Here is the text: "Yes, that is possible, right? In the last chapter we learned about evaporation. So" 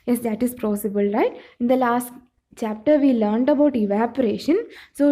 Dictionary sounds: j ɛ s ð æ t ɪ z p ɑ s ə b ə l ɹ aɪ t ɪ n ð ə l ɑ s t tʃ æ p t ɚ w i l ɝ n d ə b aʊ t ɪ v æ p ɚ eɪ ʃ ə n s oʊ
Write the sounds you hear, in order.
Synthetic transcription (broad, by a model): j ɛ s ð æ t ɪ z p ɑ s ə b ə l ɹ aɪ t ɪ n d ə l ɑ s t tʃ æ p t ɚ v i l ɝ n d ə b aʊ t ɪ v æ p ɚ eɪ ʃ ə n s oʊ